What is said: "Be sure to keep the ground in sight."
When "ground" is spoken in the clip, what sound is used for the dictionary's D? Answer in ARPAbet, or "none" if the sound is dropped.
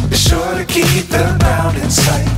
none